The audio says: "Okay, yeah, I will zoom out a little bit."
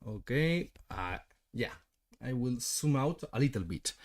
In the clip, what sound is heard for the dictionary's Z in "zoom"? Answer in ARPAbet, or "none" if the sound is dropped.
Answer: S